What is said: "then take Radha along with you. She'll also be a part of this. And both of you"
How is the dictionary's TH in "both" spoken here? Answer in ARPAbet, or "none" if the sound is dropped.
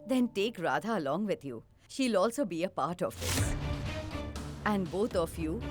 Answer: T